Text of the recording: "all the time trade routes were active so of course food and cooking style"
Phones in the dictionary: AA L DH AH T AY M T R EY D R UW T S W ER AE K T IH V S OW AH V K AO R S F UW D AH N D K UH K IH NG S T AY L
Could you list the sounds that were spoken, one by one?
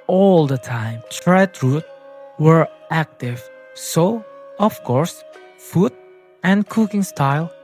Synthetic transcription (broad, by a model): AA L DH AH T AY M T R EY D R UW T W ER AE K T IH V S OW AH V K AO R S F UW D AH N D K UH K IH NG S T AY L